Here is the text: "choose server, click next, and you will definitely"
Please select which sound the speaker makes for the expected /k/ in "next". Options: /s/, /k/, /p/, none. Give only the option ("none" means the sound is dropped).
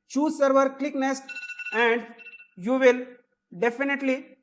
none